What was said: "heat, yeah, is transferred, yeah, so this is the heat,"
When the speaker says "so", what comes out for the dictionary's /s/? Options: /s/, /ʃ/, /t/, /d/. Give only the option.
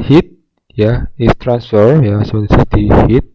/s/